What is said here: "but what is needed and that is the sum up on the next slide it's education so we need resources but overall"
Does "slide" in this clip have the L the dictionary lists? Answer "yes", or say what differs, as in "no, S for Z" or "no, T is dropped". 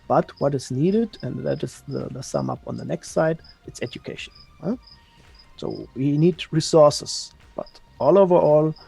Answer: no, L is dropped